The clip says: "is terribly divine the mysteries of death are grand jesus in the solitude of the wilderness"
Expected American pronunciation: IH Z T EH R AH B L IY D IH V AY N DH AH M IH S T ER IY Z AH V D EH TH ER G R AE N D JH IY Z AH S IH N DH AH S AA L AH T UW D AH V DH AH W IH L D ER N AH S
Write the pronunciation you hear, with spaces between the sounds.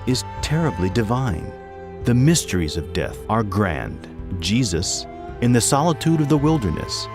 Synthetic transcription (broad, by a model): IH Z T EH R AH B L IY D IH V AY N DH AH M IH S T ER IY Z AH V D EH TH ER G R AE N D JH IY Z AH S IH N DH AH S AA L AH T UW D AH V DH AH W IH L D ER N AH S